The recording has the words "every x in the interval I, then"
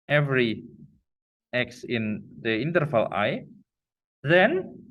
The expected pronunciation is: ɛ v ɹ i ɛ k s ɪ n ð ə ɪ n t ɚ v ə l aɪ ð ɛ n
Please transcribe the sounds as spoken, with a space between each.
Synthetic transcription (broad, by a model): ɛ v ɹ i ɛ k s ɪ n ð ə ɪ n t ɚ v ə l aɪ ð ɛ n